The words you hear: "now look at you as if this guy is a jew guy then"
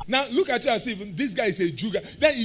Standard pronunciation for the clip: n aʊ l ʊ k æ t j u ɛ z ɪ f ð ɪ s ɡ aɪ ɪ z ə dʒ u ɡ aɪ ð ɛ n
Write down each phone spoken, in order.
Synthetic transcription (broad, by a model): n aʊ l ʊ k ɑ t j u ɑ s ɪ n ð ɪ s ɡ aɪ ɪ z ə dʒ u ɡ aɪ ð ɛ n